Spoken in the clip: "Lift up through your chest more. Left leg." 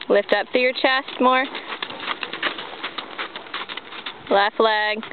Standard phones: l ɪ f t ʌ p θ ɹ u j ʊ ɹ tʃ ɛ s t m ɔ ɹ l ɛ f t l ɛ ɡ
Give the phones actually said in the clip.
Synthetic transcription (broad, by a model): l ɪ f t ʌ p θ u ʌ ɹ tʃ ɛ s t m ɔ ɹ l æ f l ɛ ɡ